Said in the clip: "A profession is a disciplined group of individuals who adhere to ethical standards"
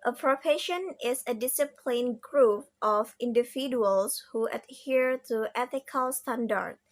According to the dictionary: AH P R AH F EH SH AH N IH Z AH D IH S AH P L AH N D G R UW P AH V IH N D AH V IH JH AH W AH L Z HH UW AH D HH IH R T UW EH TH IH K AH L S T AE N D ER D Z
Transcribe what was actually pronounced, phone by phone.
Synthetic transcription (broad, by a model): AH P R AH P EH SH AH N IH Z AH D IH S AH P L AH N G R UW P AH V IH N D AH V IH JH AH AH L S HH UW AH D HH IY R T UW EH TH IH K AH L S T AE N D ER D